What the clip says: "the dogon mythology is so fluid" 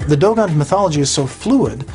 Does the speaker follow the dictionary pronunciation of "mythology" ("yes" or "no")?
yes